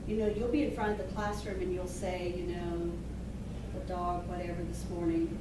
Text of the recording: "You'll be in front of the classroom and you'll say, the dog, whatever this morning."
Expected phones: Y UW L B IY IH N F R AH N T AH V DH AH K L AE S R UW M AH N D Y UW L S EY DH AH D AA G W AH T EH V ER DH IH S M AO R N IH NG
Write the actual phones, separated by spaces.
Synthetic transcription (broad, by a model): Y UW L B IY IH N F R AH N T AH V DH AH K L AE S R UW M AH N Y UW L S EY DH AH D AA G W AH T EH V ER DH IH S M AO R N IH NG